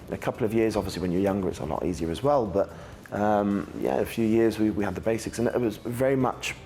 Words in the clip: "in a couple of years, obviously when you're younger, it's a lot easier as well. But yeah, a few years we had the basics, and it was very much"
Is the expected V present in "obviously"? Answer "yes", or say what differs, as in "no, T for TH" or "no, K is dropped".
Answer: yes